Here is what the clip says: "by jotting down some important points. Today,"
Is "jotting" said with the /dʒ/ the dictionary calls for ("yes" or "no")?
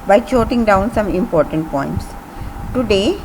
no